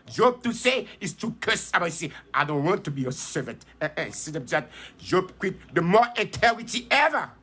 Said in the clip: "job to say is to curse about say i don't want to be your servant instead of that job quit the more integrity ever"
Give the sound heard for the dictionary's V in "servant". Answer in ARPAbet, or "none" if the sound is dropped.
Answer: V